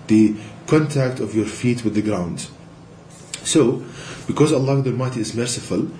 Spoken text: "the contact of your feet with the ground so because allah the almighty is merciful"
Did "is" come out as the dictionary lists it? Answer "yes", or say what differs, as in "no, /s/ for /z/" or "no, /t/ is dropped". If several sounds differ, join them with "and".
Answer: yes